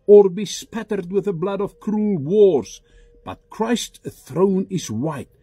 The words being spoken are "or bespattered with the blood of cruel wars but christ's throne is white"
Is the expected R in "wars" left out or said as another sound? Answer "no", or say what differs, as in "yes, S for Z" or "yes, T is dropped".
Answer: no